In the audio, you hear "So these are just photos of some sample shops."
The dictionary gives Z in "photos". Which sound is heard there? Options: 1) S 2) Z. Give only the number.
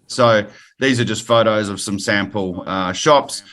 2